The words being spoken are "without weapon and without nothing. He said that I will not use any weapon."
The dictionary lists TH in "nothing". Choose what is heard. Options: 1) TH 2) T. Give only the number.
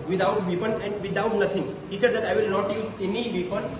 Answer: 2